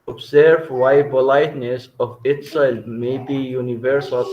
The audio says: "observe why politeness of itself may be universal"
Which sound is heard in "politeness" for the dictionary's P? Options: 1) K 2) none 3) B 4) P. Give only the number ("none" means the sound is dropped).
3